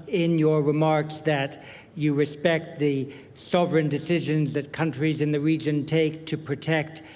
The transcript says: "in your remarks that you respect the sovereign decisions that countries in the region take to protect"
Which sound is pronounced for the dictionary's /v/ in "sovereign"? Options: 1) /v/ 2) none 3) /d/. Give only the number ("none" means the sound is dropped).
1